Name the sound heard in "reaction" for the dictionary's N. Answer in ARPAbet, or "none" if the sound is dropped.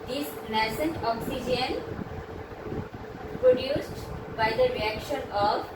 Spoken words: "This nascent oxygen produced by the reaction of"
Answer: N